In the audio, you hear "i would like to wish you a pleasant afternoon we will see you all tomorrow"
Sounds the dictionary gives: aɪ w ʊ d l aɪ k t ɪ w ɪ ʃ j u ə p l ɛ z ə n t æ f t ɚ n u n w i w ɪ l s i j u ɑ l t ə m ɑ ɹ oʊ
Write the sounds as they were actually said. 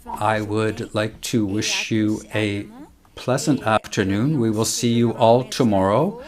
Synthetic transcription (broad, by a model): aɪ w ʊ d l aɪ k t ɪ w ɪ ʃ j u ə p l ɛ z ə n t æ f t ɚ n u n w i w ɪ l s i j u ɑ l t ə m ɑ ɹ oʊ